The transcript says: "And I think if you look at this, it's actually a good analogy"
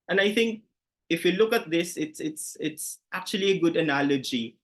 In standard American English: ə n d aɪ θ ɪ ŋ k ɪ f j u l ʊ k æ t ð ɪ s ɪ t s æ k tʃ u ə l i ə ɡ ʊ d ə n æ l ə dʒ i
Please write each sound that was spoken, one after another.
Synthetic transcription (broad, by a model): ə n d aɪ θ ɪ ŋ k ɪ f j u l ʊ k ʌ t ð ɪ s ɪ t s æ k tʃ u ə l i ə ɡ ʊ d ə n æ l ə dʒ i